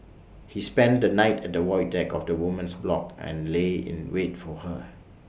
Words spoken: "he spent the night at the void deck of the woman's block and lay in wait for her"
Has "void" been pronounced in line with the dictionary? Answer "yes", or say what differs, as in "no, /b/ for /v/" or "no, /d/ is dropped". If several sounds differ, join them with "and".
no, /w/ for /v/